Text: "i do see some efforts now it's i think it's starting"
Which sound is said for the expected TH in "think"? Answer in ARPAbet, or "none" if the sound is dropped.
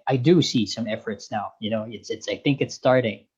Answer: TH